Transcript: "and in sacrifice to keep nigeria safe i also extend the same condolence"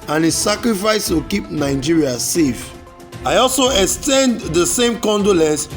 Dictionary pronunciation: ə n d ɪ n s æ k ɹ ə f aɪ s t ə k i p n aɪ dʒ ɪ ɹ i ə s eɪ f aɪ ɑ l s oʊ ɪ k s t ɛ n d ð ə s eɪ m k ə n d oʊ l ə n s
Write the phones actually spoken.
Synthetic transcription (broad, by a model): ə n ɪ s s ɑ k ɹ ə f aɪ s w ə k i p n aɪ dʒ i ɹ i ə s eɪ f aɪ ɑ l s oʊ ɪ k s t ɛ n d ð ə s eɪ m k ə n d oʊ l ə n s